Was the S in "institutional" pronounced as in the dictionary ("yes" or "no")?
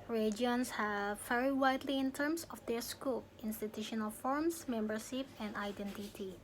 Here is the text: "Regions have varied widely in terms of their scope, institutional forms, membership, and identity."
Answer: yes